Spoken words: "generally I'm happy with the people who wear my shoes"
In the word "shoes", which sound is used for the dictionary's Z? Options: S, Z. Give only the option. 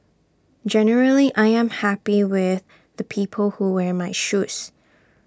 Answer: S